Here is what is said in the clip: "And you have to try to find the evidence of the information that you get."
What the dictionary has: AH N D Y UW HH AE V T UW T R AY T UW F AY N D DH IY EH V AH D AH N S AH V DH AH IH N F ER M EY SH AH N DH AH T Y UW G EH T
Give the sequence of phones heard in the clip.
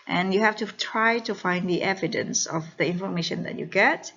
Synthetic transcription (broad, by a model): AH N Y UW HH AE F T UW T R AY T UW F AY N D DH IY EH V AH D AH N S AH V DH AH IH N F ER M EY SH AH N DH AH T Y UW G EH T